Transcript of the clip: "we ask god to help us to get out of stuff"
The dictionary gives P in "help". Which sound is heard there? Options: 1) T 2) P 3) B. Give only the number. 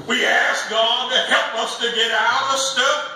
2